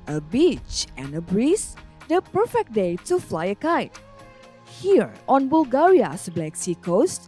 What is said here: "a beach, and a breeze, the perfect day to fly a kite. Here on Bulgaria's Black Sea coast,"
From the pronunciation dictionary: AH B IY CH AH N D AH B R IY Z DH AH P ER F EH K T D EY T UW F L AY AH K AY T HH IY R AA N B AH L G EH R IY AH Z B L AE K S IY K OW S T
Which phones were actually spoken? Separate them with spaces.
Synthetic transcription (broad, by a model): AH B IY CH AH N AH B R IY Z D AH P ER F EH K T D EY T UW F L AY AH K AY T HH IY R AA N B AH L G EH R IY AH S B L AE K S IY K OW S T